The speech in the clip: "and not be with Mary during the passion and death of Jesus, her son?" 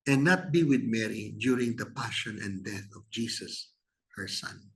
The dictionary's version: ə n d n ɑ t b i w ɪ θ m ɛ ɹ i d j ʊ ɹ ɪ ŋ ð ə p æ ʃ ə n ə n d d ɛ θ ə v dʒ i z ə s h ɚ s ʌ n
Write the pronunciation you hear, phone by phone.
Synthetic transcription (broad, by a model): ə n n ɑ t b i w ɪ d m ɛ ɹ i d j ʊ ɹ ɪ ŋ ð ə p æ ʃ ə n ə n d d ɛ θ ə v dʒ i s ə s h ɚ s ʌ n